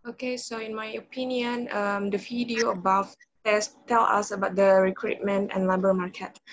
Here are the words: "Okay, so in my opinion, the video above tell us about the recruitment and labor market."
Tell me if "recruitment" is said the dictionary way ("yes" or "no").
yes